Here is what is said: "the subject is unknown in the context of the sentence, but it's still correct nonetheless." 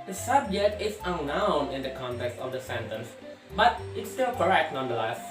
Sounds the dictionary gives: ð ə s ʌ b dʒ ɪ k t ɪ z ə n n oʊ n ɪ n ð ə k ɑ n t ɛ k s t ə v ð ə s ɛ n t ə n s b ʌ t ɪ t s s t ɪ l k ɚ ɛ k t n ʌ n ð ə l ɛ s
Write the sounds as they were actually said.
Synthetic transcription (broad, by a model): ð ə s ʌ b dʒ ɪ k t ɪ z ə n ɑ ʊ n ɪ n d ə k ɑ n t ɛ k s t ə v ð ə s ɛ n t ə n s b ʌ t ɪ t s s t ɪ l k ɚ ɛ k t n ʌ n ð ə l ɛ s